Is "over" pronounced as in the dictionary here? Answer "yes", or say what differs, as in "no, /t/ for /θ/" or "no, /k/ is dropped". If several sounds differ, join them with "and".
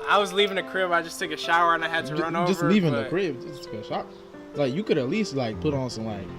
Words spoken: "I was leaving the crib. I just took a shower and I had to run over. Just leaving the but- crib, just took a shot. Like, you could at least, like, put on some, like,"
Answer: no, /v/ is dropped